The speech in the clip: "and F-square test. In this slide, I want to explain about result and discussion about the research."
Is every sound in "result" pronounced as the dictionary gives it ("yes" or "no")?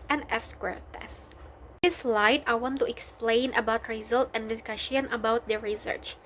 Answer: yes